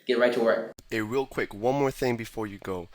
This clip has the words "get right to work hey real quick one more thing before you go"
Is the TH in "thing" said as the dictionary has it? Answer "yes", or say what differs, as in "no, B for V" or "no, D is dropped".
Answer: yes